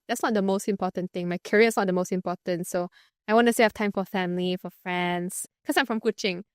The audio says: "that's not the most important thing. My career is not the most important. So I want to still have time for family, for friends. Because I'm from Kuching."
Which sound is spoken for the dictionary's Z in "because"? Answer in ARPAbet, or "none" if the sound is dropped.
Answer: none